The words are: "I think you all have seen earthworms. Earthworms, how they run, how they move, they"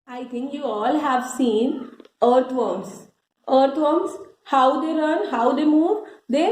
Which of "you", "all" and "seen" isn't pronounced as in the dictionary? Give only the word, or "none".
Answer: none